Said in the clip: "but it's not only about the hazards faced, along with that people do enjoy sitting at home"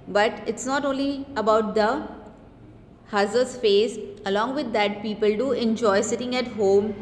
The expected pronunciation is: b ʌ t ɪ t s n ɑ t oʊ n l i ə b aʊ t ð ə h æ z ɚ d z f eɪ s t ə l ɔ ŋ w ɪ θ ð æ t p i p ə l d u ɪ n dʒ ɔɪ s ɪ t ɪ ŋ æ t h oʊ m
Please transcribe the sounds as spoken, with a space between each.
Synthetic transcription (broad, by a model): b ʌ t ɪ t s n ɑ t oʊ n l i ə b aʊ t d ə h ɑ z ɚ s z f eɪ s ə l ɔ ŋ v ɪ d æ t p i p ə l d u ɪ n dʒ ɔɪ s ɪ t ɪ ŋ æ t h oʊ m